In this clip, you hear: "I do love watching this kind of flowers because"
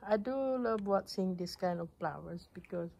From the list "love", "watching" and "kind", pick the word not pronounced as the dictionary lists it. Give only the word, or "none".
watching